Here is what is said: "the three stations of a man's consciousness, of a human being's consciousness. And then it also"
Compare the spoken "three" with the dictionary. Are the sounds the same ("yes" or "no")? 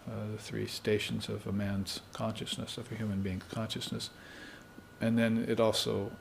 yes